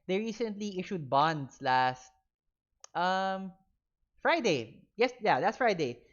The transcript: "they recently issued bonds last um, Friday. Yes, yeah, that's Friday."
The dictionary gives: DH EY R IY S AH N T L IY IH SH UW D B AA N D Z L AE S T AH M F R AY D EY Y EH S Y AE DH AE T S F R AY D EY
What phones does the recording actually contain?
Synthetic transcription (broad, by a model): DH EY R IY S AH N T L IY IH SH UW D B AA N D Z L AE S T AH M F R AY D EY Y EH S Y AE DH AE T S F R AY D EY